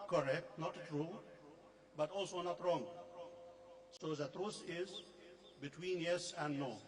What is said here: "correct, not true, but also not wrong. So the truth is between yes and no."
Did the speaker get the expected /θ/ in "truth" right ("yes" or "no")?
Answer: no